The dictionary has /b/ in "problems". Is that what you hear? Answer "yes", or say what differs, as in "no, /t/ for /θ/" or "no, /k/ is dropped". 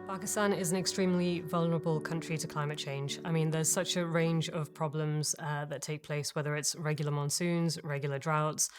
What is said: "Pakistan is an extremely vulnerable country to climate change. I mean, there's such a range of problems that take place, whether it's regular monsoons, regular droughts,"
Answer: yes